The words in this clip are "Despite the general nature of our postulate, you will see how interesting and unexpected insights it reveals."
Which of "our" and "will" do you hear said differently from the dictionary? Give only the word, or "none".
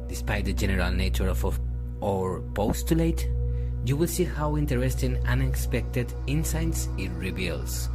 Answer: none